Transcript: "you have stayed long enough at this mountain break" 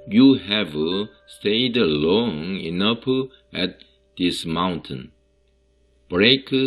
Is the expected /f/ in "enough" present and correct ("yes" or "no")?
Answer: no